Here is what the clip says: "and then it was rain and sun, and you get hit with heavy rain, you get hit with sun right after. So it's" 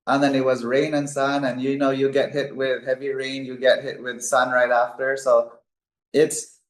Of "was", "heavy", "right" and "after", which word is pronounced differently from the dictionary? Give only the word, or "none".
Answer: none